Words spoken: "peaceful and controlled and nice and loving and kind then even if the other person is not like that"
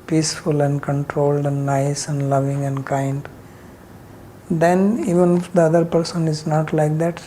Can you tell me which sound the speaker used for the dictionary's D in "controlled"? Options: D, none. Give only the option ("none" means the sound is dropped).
D